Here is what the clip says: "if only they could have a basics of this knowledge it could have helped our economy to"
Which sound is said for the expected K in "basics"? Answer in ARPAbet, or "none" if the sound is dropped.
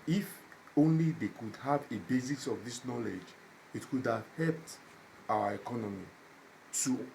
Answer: none